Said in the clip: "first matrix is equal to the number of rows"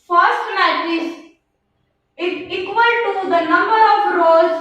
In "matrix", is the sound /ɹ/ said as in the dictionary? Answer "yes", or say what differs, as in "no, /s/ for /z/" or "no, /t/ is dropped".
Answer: no, /ɹ/ is dropped